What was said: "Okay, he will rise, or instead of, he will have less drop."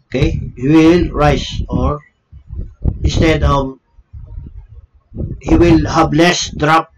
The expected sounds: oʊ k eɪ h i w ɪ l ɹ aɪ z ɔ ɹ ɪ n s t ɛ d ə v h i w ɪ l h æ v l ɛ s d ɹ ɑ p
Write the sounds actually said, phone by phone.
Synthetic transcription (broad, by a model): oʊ k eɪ h i w ɪ l ɹ aɪ s ɔ ɹ ɪ n s t ɛ d ə v h i w ɪ l h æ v l ɛ s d ɹ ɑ p